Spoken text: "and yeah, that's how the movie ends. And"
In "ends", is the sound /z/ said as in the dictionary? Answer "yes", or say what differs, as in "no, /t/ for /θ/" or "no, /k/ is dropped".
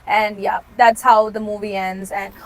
yes